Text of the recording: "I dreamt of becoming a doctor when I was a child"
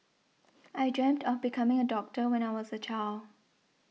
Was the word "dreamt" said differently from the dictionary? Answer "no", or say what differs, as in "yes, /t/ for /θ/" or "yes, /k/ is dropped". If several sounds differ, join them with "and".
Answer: no